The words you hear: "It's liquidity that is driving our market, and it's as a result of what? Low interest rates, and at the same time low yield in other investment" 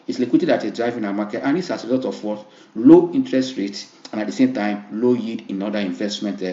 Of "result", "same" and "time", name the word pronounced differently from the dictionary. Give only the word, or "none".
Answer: result